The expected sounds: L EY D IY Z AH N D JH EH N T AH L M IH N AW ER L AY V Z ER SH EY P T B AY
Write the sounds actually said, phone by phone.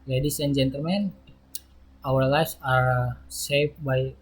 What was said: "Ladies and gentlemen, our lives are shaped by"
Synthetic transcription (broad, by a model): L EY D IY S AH N JH EH N T AH L M IH N AW ER L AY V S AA S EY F B AY